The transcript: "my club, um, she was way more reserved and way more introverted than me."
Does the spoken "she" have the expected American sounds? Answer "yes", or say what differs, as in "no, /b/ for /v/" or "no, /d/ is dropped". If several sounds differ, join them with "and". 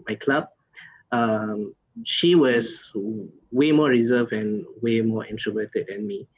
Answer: yes